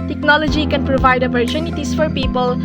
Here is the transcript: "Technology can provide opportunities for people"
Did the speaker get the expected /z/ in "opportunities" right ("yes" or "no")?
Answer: no